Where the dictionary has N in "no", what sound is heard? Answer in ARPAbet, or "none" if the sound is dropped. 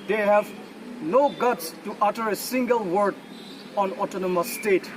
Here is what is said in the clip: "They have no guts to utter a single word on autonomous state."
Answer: N